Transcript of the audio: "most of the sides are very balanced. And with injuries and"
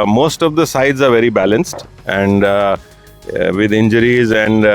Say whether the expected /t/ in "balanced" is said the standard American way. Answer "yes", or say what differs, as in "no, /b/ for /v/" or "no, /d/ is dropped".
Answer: yes